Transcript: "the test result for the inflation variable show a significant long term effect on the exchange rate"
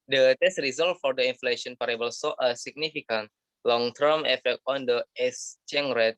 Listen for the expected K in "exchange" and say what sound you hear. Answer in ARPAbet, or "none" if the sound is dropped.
none